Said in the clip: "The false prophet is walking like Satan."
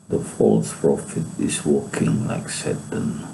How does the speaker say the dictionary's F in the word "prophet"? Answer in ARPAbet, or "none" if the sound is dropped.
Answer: F